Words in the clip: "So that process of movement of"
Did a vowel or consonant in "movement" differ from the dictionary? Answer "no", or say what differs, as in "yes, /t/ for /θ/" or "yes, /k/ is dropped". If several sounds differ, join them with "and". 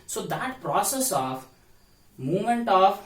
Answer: yes, /v/ is dropped